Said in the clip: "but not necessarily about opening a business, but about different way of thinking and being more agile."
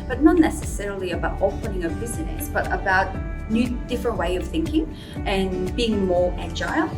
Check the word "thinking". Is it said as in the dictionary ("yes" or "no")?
yes